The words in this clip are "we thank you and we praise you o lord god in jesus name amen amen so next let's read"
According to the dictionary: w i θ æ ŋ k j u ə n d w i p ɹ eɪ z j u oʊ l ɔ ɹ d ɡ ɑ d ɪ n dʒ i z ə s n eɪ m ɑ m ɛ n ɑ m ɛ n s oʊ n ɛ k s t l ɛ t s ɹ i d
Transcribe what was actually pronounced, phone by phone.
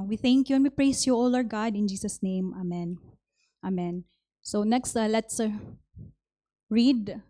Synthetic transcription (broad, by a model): w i θ æ ŋ k j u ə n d w i p ɹ eɪ s j u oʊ l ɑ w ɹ ɡ ɑ d ɪ n dʒ i s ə s n eɪ m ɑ m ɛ n ɑ m ɛ n s oʊ n ɛ k s t l ɛ t s ɹ i d